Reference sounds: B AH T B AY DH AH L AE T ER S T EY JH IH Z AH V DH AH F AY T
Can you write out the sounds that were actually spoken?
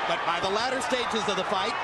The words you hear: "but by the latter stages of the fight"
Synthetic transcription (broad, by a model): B AH T B AY DH AH L AE T ER S T EY JH IH Z AH V DH AH F AY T